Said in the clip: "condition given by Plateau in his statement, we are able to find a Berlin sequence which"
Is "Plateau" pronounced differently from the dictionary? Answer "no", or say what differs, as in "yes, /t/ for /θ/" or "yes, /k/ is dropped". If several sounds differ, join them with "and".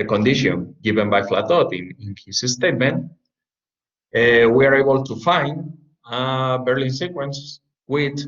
yes, /f/ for /p/